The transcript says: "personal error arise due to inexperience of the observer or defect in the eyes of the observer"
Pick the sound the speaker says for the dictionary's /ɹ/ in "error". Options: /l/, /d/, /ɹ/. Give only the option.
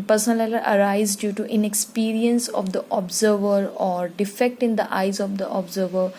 /l/